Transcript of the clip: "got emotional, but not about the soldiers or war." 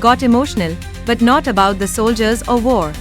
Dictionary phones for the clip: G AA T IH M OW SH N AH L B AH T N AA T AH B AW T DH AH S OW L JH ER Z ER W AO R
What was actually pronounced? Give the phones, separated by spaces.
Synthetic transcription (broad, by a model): G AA T IH M OW SH N AH L B AH T N AA T AH B AW T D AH S OW L JH ER Z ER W AO R